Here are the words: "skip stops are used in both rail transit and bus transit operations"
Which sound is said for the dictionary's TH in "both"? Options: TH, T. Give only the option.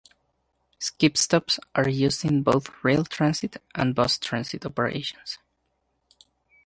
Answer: TH